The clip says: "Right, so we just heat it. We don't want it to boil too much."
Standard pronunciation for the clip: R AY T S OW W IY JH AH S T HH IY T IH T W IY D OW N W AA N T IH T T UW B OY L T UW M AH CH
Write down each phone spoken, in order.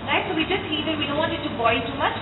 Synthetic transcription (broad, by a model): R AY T S OW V IY JH AH S T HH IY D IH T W IY D OW N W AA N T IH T T UW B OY N T UW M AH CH